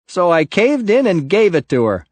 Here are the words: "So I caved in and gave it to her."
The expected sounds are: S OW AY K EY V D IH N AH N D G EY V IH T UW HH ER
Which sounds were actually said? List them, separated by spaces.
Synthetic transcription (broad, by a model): S OW AY K EY V D IH N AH N G EY V IH T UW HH ER